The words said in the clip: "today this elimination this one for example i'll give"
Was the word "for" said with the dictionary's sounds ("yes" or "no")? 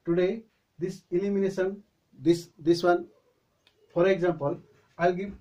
no